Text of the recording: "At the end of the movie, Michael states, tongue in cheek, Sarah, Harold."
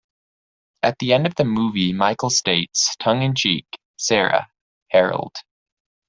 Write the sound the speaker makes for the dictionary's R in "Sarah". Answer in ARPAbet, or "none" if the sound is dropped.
R